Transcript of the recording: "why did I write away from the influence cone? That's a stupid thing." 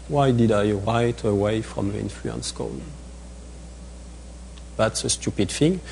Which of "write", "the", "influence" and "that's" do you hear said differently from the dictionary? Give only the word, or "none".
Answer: none